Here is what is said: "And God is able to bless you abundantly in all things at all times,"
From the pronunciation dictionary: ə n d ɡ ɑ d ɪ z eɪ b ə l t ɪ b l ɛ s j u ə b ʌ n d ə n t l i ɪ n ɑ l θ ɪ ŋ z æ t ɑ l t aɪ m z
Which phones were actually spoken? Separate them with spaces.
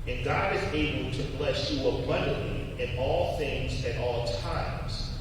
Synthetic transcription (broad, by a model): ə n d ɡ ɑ d ɪ z eɪ b ə l t ɪ b l ɛ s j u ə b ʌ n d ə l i ɪ n ɑ l θ ɪ ŋ z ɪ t ɑ l t aɪ m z